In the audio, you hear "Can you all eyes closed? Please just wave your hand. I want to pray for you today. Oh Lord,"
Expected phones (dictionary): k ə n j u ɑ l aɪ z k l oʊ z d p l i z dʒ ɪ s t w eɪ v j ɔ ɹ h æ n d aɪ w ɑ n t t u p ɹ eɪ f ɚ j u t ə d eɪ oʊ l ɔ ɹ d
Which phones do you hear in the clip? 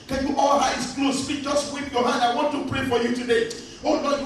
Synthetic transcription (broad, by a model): k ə n j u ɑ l aɪ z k l oʊ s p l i dʒ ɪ s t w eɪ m j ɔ h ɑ n d aɪ w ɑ n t t u p ɹ eɪ f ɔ j u t ə d eɪ oʊ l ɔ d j